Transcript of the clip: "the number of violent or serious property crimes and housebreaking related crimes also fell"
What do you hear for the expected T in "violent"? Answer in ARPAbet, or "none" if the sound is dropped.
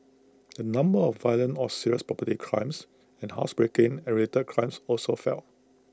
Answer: none